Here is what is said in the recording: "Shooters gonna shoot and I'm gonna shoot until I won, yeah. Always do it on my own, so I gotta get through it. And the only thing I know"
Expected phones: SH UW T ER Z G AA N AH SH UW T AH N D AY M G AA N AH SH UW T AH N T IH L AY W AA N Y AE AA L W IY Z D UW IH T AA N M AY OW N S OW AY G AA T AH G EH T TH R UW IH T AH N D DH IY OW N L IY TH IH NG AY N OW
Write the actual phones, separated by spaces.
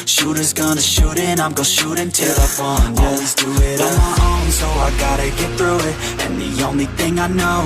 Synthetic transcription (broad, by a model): SH UW T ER Z G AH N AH SH UW T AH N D AY M G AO AH SH UW T AH N T IH L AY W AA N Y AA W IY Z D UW IH T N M AY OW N S OW AY G AA T AH G EH T TH R UW IH T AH N DH IY OW N L IY TH IH NG AY N OW